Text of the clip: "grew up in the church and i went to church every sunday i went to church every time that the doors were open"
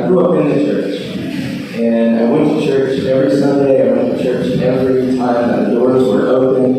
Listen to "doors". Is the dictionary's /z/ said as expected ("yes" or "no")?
yes